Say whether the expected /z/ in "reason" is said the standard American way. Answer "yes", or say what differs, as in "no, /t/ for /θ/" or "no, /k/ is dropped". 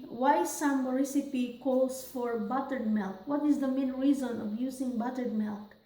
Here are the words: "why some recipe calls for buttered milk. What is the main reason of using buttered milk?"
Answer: yes